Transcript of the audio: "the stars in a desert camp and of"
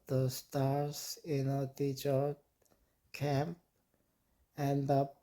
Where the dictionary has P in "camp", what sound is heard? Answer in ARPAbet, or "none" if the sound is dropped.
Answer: P